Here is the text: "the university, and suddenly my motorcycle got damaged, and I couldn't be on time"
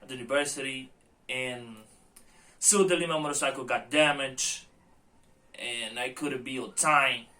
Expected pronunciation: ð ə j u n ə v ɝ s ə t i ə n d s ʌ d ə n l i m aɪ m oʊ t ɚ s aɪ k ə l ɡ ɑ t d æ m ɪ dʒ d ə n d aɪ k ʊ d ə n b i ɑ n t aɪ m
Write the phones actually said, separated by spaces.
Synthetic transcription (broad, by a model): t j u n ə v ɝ s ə t i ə n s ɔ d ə l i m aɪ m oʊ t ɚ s aɪ k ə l ɡ ɑ t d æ m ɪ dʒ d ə n aɪ k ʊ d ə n b i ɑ t aɪ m